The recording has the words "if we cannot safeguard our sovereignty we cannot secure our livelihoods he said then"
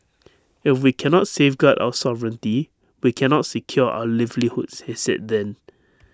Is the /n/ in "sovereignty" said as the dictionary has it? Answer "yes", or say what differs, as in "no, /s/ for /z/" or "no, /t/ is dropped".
yes